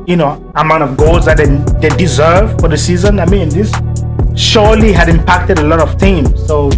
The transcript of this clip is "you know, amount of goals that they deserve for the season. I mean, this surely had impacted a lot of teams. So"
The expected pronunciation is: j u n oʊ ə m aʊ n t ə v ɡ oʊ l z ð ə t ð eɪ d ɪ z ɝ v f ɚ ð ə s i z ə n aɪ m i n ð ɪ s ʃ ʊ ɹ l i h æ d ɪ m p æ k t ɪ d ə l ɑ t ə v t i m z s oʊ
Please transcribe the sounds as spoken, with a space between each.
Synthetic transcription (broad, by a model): j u n oʊ ə m aʊ n t ə v ɡ oʊ l z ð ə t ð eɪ d ɪ z ɝ v f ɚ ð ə s i z ə n aɪ m i n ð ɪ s ʃ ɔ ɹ l i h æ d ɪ m p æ k t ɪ d ə l ɑ t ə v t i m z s oʊ